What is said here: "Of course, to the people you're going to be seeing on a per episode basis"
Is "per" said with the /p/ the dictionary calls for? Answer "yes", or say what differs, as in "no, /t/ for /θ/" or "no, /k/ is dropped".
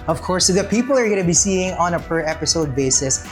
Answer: yes